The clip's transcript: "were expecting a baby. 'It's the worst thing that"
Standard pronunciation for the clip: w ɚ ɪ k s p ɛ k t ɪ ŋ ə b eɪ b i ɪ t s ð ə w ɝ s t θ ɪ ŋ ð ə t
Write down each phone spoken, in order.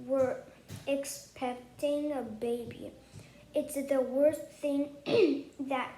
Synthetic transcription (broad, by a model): w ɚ ɪ k s p ɛ k t ɪ ŋ ə b eɪ b i ɪ t s ð ə w ɝ s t θ ɪ ŋ ð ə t